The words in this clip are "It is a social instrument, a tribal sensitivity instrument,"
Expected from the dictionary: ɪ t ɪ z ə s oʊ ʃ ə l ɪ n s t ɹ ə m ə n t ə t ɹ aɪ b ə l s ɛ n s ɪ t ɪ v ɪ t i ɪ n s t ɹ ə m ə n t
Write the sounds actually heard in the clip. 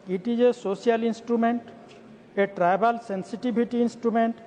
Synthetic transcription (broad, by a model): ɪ t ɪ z ə s oʊ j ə l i n s t ɹ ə m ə n t ə t ɹ aɪ b ə l s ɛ n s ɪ t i b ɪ t i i n s t ɹ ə m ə n t